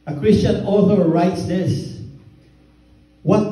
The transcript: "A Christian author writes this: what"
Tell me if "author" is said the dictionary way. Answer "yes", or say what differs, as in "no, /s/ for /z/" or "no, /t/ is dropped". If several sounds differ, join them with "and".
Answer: yes